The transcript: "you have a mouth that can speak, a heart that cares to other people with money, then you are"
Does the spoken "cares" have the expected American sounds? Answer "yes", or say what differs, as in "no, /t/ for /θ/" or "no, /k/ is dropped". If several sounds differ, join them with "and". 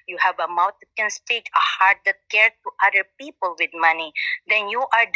no, /z/ is dropped